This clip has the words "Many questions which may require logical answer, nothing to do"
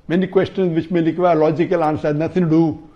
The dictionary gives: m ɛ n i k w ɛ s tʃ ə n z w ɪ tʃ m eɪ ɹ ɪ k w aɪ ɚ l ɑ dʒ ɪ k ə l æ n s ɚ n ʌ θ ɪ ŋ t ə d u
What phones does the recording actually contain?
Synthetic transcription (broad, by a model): m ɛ n i k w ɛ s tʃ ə n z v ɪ tʃ m eɪ l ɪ k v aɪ l ɑ dʒ ɪ k ə l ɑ n s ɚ n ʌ t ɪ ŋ d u